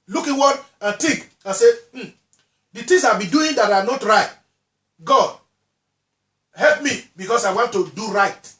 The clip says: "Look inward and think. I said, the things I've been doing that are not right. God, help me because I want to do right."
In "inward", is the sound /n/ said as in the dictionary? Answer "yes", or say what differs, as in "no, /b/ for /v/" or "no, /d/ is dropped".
no, /n/ is dropped